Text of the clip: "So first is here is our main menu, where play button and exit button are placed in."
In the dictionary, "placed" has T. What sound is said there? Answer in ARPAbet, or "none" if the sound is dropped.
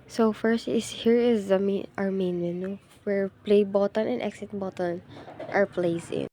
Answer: none